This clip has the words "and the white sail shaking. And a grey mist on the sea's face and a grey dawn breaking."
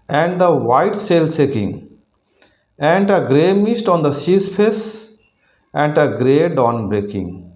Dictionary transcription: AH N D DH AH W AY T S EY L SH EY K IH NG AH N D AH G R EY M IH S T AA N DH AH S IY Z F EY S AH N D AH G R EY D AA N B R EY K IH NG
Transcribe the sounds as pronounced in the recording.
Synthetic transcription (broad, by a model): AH N D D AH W AY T S EY L S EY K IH NG AH N D AH G R EY M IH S T AA N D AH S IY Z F EY S AH N D AH G R EY D AA N B R EY K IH NG